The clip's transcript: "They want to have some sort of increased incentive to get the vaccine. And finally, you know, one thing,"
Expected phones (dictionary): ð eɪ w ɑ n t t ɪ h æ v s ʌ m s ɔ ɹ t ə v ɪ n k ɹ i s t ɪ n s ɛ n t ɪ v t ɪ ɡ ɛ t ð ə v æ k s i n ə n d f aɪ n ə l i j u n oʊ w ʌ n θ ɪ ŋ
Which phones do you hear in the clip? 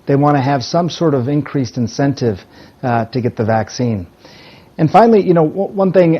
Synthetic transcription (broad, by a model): ð eɪ w ɑ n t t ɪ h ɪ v s ʌ m s ɔ ɹ t ə v ɪ n k ɹ i s t ɪ n s ɛ n t ɪ v t ɪ ɡ ɛ t ð ə v æ k s i n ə n f aɪ n l i j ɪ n oʊ w ʌ n θ ɪ ŋ